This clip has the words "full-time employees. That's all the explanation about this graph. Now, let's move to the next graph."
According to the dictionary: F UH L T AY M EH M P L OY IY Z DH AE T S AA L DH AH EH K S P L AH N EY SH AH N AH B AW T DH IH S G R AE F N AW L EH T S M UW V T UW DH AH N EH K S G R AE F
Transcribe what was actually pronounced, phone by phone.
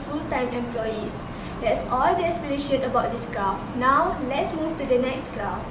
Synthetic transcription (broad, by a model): F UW L T AY M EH M P L OY IY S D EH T S AA L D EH S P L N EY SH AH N AH B AW T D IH S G R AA F N AW L EH T S M UW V T UW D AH N EH K S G R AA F